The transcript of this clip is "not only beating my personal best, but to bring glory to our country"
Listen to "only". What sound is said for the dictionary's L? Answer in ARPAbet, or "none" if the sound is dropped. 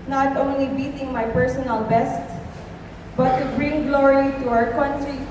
L